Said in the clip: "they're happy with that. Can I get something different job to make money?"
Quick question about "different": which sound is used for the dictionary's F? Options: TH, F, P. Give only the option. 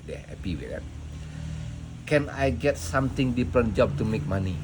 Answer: P